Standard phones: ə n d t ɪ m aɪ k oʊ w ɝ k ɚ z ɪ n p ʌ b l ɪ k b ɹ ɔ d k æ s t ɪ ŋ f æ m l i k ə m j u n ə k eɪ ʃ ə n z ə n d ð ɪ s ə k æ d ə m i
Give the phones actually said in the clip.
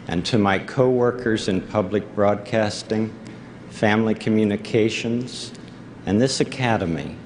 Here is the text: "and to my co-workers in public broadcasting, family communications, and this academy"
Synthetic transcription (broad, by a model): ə n t ɪ m aɪ k oʊ w ɝ k ɚ z ɪ n p ʌ b l ɪ k b ɹ ɔ d k æ s t ɪ ŋ f æ m l i k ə m j u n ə k eɪ ʃ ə n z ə n ð ɪ s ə k æ d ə m i